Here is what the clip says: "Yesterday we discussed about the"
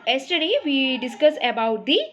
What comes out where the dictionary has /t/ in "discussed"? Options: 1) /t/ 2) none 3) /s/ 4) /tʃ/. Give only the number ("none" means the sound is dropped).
2